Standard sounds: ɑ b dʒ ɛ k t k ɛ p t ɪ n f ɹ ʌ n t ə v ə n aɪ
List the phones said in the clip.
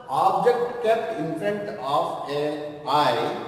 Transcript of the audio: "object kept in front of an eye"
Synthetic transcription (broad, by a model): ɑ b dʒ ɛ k t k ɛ t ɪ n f ɹ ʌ n t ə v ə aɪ